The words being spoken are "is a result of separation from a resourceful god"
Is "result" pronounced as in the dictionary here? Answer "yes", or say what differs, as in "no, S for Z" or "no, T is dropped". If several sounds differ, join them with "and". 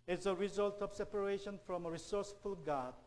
yes